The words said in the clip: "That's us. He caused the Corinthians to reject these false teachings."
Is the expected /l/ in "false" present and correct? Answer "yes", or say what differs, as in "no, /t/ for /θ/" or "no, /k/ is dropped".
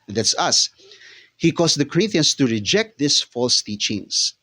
yes